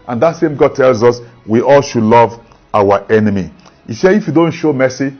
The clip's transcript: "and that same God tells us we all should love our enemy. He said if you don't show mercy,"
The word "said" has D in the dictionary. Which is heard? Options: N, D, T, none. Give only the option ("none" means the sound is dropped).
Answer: none